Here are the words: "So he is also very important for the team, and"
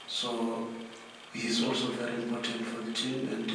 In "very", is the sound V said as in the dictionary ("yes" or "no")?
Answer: yes